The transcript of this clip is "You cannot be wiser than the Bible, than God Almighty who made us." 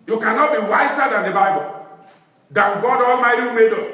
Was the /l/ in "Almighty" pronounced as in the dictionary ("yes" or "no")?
yes